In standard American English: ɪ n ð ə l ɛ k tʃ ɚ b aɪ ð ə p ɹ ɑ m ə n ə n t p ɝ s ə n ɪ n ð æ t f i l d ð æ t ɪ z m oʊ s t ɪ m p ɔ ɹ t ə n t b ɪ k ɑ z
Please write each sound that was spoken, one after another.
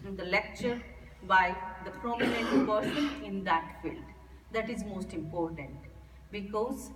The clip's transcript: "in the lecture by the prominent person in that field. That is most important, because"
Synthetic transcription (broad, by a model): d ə l ɛ k tʃ ɚ b aɪ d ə p ɹ ɑ m ə n ə n t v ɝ ʃ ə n ɪ n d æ t f i l d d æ t ɪ z m oʊ s t ɪ m p ɔ ɹ t ə n t b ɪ k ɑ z